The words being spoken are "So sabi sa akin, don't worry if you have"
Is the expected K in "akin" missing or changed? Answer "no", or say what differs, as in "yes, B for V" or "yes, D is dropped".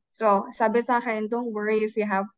yes, K is dropped